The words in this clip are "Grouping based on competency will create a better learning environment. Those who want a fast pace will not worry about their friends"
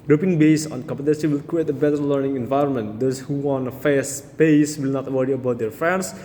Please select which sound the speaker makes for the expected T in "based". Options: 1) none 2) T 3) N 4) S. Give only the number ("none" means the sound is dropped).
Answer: 1